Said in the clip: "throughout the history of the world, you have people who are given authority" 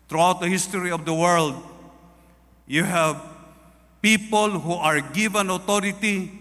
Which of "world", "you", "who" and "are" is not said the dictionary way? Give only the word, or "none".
none